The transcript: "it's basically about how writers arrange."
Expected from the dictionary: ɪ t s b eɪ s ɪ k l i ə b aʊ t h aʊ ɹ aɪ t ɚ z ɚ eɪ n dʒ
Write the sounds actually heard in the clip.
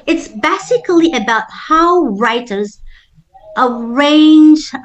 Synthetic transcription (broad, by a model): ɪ t s b eɪ s ɪ k l i ə b aʊ t h aʊ ɹ aɪ t ɚ z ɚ eɪ n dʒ